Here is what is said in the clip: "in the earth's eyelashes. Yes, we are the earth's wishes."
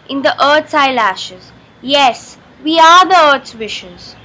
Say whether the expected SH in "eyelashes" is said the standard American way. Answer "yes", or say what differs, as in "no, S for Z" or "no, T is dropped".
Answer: yes